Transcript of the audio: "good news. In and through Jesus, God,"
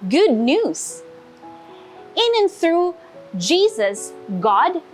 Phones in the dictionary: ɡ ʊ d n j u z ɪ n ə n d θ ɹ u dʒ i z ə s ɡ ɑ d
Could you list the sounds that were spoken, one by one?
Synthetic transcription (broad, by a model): ɡ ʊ d n j u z ɪ n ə n θ ɹ u dʒ i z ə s ɡ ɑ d